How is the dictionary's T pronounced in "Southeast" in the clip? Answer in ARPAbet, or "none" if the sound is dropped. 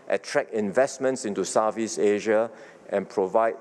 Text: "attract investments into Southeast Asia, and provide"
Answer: none